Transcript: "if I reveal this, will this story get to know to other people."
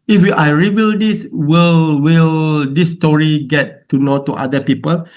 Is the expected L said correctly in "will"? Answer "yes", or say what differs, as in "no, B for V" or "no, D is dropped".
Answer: yes